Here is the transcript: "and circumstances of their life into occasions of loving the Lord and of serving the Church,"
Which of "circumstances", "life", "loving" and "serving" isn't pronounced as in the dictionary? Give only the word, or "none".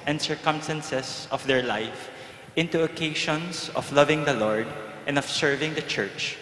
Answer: circumstances